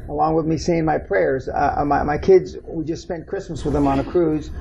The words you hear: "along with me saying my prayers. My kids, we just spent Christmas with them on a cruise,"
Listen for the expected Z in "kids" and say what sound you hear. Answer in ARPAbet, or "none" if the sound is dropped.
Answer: Z